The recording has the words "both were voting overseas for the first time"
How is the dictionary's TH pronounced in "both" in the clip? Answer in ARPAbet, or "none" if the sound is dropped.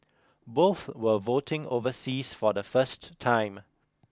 TH